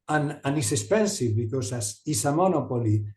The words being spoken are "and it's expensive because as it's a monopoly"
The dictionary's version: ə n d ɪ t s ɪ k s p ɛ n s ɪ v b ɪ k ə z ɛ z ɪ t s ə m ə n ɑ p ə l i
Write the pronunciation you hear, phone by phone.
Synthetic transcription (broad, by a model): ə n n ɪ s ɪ s p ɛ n s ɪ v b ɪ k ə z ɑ s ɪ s ə m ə n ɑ p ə l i